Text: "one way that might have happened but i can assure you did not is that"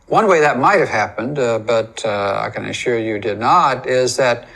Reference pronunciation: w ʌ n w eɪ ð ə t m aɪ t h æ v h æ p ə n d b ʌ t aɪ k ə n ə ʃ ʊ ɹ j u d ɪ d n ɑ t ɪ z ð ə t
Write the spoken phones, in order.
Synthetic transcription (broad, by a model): w ʌ n w eɪ ð ə t m aɪ t h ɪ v h æ p ə n d b ʌ t aɪ k ə n ə ʃ ʊ ɹ j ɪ d ɪ d n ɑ t ɪ z ð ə t